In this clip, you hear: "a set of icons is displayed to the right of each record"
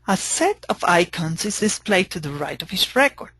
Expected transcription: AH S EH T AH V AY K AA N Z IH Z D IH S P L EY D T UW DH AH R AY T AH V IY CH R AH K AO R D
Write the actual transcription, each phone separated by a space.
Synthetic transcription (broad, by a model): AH S EH T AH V AY K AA N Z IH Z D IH S P L EY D T UW DH AH R AY T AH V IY S R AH K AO R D